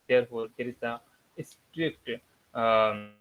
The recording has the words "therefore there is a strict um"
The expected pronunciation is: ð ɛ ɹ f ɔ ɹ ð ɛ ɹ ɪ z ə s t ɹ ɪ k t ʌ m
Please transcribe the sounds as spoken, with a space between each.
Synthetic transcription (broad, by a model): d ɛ ɹ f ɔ ɹ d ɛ ɹ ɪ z ə s t ɹ ɪ k t